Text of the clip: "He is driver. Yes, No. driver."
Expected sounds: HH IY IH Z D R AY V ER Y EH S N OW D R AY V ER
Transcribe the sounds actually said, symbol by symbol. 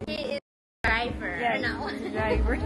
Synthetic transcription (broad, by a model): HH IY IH D R AY V ER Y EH N OW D R AY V ER